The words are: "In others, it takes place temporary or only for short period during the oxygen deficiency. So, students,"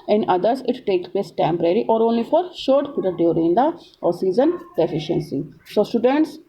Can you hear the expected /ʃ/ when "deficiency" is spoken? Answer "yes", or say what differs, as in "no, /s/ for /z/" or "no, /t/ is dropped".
yes